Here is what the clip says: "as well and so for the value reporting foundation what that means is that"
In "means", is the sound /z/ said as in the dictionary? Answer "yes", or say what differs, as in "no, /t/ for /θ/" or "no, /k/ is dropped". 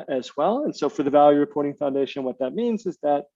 yes